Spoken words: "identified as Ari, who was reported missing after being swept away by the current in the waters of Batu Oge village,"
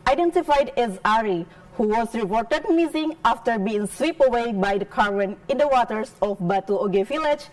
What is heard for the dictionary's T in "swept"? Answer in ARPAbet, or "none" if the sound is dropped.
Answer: none